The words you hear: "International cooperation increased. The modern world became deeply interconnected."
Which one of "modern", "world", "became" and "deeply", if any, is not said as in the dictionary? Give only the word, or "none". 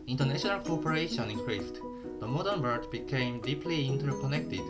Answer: world